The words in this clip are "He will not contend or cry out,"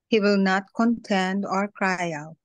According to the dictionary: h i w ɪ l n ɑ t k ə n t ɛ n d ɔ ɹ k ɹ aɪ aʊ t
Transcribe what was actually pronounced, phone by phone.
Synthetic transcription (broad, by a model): h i w ɪ l n ɑ t k ə n t ɛ n d ɔ ɹ k ɹ aɪ aʊ t